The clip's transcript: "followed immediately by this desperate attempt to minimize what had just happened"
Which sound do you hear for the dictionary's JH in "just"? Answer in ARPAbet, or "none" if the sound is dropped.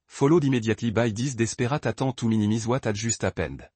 ZH